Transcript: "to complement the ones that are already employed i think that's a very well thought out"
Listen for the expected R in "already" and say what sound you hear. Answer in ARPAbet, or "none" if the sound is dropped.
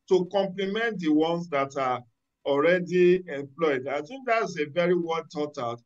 R